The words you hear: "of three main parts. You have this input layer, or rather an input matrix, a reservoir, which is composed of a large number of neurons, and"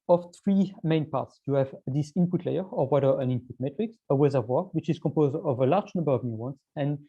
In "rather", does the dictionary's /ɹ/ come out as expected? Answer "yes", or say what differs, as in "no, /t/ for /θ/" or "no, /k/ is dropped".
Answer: no, /w/ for /ɹ/